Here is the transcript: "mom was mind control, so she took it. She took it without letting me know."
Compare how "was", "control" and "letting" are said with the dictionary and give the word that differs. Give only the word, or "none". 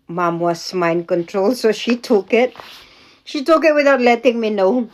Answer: was